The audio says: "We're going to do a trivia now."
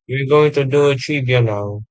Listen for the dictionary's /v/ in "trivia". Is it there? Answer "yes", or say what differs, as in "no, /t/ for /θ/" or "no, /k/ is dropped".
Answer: no, /b/ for /v/